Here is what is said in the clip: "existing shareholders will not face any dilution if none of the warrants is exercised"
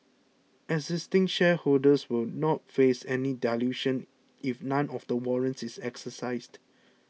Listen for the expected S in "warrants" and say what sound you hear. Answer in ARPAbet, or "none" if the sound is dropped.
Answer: S